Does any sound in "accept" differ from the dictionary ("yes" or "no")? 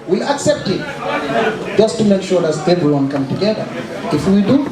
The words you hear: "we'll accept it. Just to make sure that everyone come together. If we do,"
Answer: no